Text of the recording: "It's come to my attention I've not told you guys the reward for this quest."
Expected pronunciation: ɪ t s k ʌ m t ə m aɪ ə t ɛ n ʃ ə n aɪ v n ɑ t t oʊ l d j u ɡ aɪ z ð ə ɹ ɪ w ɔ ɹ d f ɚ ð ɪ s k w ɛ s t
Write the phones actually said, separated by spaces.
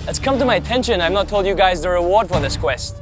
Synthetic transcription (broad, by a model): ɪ t s k ʌ m t ə m aɪ ə t ɛ n ʃ ə n aɪ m n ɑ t t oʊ l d j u ɡ aɪ z ð ə ɹ ɪ w ɔ ɹ d f ɚ ð ɪ s k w ɛ s t